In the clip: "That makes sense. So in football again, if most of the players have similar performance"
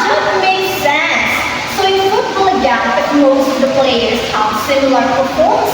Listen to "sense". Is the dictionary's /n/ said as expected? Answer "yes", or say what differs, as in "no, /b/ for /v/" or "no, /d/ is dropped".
yes